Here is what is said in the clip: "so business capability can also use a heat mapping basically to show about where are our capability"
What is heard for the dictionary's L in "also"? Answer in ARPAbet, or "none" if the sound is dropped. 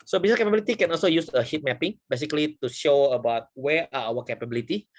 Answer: L